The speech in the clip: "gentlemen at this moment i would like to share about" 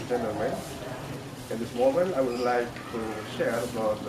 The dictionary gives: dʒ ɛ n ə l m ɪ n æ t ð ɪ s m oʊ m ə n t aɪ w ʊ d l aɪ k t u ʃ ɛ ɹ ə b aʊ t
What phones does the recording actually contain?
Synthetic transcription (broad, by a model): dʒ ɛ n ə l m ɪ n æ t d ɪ s m oʊ m ə n t aɪ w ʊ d l aɪ k t u ʃ ɛ ɹ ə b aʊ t